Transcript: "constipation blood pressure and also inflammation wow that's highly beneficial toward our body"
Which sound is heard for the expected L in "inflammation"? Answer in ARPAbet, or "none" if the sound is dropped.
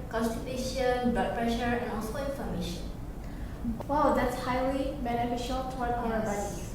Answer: none